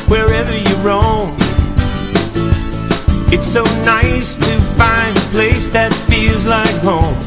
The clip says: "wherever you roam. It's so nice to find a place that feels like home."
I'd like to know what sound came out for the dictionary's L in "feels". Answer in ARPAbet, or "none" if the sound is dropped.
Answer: L